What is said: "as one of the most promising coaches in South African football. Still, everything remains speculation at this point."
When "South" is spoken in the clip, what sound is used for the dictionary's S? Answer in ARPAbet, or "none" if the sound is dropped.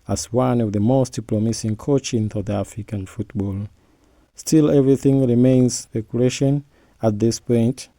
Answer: TH